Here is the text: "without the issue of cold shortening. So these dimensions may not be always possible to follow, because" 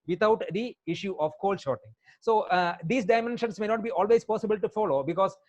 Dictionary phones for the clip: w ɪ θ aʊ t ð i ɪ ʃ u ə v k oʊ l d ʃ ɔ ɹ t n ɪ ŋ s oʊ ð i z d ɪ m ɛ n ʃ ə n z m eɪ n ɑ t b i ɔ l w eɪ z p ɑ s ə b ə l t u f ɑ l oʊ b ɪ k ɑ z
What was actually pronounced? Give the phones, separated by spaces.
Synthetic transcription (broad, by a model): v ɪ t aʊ t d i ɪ ʃ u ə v k oʊ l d ʃ ɔ ɹ t ɪ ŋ s oʊ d i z d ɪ m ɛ n ʃ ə n s m eɪ n ɑ t b i ɔ l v eɪ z p ɑ s ə b ə l t u f ɑ l oʊ b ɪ k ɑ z